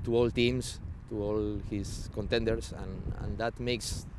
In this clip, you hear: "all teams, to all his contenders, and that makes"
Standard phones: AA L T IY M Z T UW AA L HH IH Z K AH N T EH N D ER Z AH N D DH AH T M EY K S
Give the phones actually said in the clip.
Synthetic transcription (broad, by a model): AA L T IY M S T UW AA L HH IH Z K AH N T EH N D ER S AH N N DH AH T M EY K S